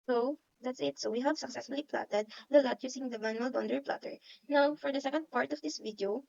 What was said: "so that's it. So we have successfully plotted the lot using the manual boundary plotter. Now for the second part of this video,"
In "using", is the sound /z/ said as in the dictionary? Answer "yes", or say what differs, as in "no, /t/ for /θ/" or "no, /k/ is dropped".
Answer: no, /s/ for /z/